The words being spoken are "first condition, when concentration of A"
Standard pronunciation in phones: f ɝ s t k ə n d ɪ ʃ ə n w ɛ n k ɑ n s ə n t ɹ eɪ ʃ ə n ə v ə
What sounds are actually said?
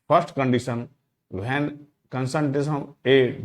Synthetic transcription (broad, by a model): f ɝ s t k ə n d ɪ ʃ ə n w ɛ n k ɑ n s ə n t eɪ s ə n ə